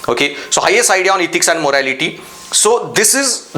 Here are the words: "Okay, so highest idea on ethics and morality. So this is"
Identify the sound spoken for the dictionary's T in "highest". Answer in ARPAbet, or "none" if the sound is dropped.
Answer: none